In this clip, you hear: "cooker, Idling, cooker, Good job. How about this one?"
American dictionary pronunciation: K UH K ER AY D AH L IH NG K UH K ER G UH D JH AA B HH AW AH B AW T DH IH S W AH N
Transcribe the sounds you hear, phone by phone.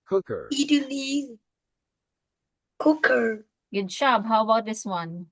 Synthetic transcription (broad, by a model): K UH K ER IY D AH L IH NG K UH K ER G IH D SH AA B HH AW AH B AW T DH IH S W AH N